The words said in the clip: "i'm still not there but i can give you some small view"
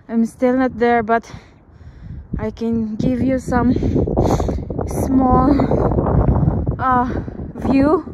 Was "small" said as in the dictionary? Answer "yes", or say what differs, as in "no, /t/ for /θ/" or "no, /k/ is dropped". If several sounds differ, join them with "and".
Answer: yes